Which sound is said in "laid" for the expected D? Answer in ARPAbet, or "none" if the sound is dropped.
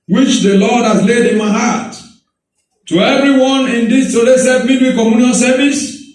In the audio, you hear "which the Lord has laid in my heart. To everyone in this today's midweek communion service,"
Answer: D